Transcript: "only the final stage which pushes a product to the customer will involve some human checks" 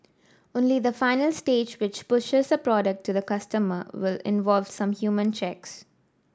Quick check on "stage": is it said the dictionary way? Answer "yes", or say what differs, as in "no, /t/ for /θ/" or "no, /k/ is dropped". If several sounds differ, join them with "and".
yes